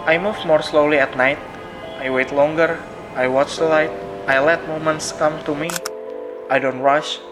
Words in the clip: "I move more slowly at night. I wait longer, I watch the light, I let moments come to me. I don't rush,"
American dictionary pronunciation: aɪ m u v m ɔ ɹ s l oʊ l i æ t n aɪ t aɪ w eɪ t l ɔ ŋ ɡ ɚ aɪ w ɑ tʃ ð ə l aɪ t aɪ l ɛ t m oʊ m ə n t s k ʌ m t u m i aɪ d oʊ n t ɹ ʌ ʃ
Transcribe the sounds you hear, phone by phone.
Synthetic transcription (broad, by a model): aɪ m u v m ɔ ɹ s l oʊ l i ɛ t n aɪ t aɪ w eɪ t l ɔ ŋ ɡ ɚ aɪ w ɑ tʃ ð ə l aɪ t aɪ l ɛ t m oʊ m ə n t s k ʌ m t u m i aɪ d oʊ n t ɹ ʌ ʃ